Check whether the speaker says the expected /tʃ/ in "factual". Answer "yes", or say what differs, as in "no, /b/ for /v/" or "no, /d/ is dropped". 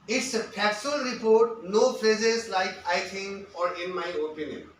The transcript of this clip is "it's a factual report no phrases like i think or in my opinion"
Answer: no, /tʃ/ is dropped